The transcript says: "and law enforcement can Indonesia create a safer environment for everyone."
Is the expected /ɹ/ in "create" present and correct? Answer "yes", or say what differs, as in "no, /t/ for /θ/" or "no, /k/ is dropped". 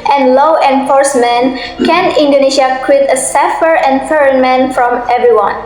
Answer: no, /w/ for /ɹ/